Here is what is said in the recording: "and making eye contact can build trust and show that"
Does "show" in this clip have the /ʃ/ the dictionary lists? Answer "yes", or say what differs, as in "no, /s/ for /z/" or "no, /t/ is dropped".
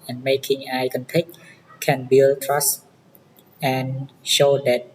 yes